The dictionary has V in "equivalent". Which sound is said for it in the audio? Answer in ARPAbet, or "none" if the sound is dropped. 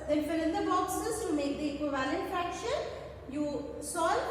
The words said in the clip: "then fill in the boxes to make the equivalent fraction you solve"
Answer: V